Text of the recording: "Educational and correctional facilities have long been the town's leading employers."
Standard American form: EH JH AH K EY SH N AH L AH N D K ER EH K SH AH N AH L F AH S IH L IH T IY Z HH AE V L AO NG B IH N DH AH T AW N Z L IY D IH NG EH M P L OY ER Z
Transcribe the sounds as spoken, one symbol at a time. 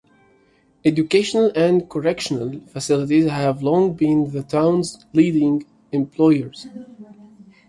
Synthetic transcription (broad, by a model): EH JH AH K EY SH N AH L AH N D K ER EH K SH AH N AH L F AH S IH L IH T IY Z HH AE V L AO NG B IH N DH AH T AW N Z L IY D IH NG EH M P L OY ER Z